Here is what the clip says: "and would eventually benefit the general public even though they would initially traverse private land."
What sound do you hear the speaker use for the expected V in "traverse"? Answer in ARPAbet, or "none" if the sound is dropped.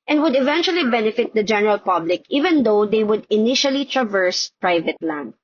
V